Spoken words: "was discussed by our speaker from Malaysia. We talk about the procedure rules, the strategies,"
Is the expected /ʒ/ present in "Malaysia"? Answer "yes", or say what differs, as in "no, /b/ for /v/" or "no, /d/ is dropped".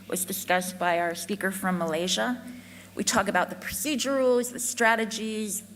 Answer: yes